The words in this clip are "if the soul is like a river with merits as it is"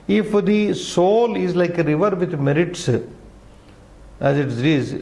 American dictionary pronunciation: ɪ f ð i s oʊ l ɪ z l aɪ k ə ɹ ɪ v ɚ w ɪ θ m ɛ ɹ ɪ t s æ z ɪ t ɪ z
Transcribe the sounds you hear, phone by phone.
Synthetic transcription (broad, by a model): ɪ f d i s oʊ l ɪ z l aɪ k ə ɹ ɪ v ɚ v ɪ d m ɛ ɹ ɪ t s æ z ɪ t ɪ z